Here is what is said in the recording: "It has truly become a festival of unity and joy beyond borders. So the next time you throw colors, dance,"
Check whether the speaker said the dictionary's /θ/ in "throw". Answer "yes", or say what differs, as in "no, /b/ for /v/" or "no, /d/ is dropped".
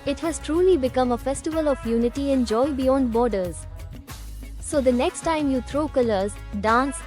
no, /t/ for /θ/